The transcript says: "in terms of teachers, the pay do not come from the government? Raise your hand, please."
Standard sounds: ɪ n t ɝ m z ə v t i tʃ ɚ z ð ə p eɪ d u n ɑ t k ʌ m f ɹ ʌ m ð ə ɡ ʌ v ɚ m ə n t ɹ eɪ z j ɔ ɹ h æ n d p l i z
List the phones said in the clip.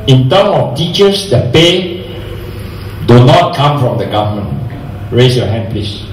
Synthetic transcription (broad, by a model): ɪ n t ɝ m ə f t i tʃ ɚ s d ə p eɪ d u n ɑ t k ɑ m f ɹ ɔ m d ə ɡ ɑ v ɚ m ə n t ɹ eɪ s j ɔ h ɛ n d p l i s